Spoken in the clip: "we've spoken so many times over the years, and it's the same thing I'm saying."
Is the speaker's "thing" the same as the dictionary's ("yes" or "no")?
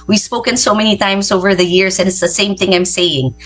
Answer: yes